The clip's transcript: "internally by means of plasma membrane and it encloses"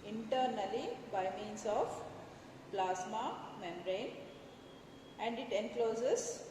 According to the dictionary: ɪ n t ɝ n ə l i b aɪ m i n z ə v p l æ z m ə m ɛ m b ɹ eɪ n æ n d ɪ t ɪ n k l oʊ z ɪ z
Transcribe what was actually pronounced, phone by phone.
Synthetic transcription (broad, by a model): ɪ n t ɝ n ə l i b aɪ m i n s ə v p l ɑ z m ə m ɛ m ɹ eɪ n æ n d ɪ t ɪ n k l oʊ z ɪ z